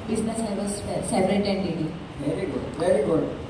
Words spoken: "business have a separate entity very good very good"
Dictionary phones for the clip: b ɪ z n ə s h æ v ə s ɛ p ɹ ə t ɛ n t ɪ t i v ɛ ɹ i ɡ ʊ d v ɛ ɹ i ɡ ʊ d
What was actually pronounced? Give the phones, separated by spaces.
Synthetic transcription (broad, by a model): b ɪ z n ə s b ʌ p ə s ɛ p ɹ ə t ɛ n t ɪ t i v ɛ ɹ i ɡ ʊ d v ɛ ɹ i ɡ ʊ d